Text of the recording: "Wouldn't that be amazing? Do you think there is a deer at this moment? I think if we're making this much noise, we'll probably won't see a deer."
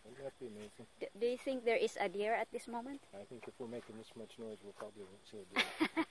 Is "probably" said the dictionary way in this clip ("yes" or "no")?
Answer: yes